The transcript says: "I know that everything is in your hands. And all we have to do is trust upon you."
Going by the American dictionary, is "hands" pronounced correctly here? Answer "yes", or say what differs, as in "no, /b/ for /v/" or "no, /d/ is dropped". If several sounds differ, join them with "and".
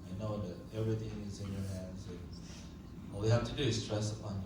yes